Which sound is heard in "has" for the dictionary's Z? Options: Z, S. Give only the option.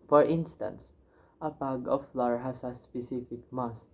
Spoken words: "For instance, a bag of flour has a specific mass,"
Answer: S